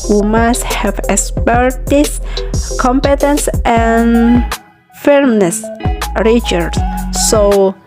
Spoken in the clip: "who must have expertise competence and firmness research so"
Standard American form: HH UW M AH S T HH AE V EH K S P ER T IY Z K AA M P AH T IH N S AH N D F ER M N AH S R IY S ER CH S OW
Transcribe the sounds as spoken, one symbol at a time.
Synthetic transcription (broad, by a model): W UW M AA S T HH AE V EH K S P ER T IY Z K AA M P AH T IH N S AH N F ER M N AH S R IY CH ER S S OW